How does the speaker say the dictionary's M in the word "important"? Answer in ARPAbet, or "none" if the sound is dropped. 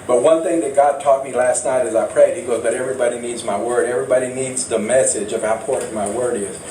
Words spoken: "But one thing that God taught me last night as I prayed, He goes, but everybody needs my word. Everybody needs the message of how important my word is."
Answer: none